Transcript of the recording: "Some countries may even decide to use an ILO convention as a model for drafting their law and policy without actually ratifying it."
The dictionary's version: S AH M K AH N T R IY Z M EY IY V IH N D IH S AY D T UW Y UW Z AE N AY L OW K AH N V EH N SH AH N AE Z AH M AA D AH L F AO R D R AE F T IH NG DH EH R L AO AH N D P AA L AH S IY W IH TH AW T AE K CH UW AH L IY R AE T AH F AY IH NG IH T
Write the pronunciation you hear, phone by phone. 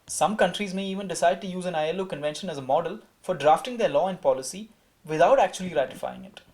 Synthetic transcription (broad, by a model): S AH M K AH N T R IY Z M EY IY V IH N D IH S AY D T UW Y UW Z AE N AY L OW K AH N V EH N SH AH N AE Z AH M AA D AH L F AO R D R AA F T IH NG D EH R L AO AH N D P AA L AH S IY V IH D AW T AE K CH UW AH L IY R AE T AH F AY IH NG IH T